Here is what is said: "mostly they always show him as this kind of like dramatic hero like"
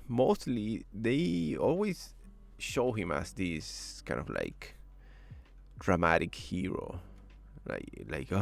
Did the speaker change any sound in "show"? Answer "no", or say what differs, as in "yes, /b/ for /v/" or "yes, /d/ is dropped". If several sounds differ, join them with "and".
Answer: no